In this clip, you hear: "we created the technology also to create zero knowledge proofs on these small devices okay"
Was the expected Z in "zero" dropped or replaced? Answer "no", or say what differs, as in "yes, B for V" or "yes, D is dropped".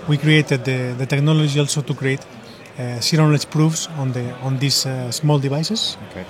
yes, S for Z